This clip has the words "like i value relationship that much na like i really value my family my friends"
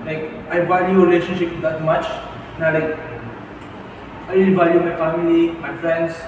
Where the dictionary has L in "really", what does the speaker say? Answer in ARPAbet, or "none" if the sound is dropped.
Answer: none